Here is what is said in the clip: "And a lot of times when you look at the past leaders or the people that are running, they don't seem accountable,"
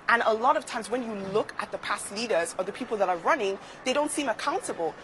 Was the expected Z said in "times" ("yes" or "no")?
yes